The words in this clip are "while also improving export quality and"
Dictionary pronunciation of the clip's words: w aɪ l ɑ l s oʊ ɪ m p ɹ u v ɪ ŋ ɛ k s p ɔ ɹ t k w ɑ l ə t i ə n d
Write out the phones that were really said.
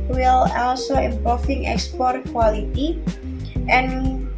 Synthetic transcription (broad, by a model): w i l ɑ l s oʊ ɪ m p ɔ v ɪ ŋ ɛ k s p ɔ ɹ t k w ɑ l ə t i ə n